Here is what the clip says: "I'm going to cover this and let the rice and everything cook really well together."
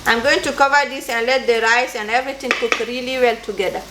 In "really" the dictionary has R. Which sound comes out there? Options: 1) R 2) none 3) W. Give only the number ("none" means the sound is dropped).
1